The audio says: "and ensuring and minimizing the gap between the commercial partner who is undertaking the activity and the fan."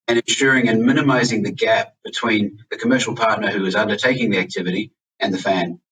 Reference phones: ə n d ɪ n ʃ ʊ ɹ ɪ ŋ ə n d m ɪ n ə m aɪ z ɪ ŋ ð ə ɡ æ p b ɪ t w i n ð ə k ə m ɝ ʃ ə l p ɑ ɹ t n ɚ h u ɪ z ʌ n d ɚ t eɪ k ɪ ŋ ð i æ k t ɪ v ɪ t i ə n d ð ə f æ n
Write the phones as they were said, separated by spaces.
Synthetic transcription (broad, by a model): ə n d ɪ n ʃ ʊ ɹ ɪ ŋ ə n m ɪ n ə m aɪ z ɪ ŋ ð ə ɡ æ p b ɪ t w i n ð ə k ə m ɝ ʃ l p ɑ ɹ t n ɚ h u ɪ z ʌ n d ɚ t eɪ k ɪ ŋ ð i æ k t ɪ v ɪ t i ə n ð ə f æ n